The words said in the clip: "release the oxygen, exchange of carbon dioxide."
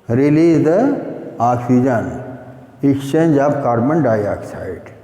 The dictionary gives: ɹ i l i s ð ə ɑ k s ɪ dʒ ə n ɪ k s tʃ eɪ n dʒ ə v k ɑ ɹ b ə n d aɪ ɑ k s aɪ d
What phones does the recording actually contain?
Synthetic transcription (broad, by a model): ɹ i l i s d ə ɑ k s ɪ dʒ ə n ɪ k tʃ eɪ n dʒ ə b k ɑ ɹ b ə n d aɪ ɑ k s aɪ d